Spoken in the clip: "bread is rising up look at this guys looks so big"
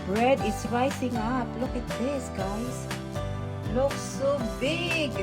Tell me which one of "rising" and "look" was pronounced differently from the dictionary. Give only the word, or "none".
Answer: rising